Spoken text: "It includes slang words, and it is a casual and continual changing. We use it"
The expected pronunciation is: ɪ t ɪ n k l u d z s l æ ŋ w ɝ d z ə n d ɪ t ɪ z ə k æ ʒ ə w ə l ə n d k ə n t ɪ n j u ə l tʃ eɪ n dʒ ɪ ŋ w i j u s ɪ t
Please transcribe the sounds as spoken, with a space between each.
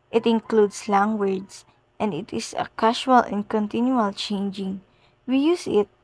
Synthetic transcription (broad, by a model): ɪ t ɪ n k l u d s l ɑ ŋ w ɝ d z ə n d ɪ t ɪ s ə k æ ʃ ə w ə l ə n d k ə n t ɪ n j u ə l tʃ eɪ n dʒ ɪ ŋ w i j u s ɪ t